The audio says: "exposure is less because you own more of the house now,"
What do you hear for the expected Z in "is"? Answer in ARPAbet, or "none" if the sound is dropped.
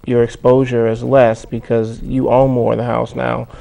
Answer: Z